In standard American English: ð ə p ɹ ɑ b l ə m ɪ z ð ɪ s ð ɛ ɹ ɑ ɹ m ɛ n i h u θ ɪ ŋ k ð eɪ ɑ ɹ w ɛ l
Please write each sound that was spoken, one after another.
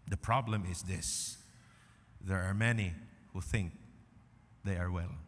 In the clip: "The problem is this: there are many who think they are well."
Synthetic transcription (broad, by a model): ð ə p ɹ ɑ b l ə m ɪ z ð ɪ s ð ɛ ɹ ɑ ɹ m ɛ n i h u θ ɪ ŋ k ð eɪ ɑ ɹ w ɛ l